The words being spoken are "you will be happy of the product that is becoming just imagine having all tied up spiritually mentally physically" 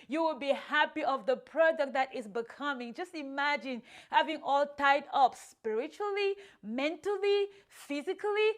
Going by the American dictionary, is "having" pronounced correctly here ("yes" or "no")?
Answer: yes